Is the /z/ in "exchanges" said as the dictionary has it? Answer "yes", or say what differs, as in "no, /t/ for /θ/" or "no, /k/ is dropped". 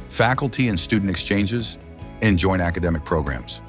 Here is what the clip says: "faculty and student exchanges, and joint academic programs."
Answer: yes